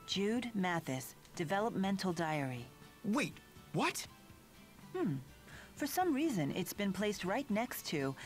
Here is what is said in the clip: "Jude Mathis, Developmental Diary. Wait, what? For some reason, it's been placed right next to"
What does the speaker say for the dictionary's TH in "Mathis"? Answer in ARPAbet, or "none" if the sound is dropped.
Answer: TH